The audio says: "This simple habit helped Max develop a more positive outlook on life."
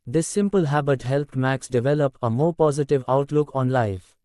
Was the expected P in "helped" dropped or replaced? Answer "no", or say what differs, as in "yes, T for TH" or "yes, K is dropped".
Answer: no